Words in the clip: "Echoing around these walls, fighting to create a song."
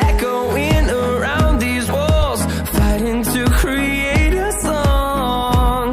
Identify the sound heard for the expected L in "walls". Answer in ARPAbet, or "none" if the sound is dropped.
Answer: L